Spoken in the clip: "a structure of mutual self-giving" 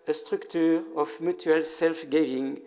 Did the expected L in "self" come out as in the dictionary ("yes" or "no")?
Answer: yes